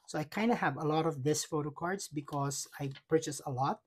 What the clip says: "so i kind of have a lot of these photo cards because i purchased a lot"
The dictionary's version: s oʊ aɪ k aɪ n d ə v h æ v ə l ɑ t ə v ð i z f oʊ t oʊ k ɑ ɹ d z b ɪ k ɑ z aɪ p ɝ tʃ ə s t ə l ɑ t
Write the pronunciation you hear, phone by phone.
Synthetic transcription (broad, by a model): s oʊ aɪ k aɪ n d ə h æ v ə l ɑ t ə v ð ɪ s f oʊ t oʊ k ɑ ɹ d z b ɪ k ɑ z aɪ p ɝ tʃ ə s ə l ɑ t